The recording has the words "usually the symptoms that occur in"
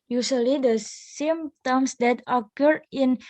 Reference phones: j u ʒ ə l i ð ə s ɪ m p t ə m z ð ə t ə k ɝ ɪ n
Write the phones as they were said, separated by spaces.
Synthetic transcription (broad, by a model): j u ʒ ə l i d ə s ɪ m t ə m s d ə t ə k ɝ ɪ n